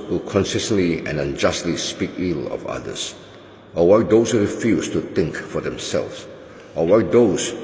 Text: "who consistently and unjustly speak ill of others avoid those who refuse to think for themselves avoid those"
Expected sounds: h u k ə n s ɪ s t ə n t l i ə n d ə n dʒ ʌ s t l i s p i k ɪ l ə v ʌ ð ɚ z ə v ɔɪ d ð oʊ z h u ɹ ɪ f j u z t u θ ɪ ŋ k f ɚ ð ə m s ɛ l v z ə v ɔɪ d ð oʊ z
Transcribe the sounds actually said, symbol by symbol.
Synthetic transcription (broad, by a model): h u k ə n s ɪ s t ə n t l i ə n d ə n dʒ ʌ s t l i s p i k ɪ l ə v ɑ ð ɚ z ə w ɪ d oʊ s h u ɹ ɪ f j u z t u t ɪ ŋ k f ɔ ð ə m s ɛ l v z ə w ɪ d oʊ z